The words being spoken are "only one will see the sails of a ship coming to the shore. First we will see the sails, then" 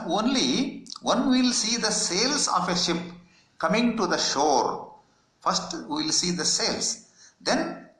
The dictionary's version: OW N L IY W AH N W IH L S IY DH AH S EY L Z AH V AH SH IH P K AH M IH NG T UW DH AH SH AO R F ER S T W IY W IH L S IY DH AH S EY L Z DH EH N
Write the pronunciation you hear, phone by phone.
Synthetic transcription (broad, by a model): OW N L IY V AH N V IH L S IY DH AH S EY L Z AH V AH SH IH P K AH M IH NG T UW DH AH SH AO R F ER S T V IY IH L S IY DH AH S EY L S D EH N